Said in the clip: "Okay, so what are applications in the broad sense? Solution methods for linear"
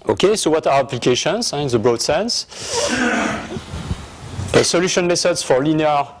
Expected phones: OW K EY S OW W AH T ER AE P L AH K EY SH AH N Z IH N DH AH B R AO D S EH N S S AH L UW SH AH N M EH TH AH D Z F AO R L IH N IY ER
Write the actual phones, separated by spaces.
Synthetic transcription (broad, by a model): OW K EY S OW W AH T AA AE P L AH K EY SH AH N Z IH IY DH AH B R AO D S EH N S S AH L UW SH AH N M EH S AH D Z F AO R L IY N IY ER